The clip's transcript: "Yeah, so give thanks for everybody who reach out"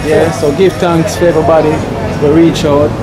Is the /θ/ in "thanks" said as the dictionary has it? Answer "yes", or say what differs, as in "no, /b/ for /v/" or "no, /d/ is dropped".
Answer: no, /t/ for /θ/